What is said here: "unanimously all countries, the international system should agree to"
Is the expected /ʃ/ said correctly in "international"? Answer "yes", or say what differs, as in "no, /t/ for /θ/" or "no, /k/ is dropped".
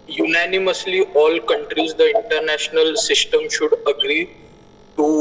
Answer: yes